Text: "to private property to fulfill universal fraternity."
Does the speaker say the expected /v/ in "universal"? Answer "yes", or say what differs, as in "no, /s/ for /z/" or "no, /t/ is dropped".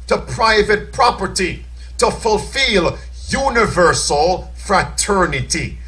yes